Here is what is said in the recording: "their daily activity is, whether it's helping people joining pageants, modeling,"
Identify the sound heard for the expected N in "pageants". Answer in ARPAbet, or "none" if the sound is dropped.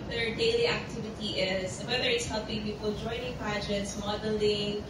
none